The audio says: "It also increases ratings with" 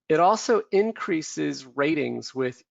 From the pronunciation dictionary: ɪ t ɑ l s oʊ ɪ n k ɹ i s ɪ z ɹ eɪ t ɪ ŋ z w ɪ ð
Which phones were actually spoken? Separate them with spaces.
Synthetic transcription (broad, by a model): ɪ t ɑ l s oʊ ɪ n k ɹ i s ɪ z ɹ eɪ t ɪ ŋ z w ɪ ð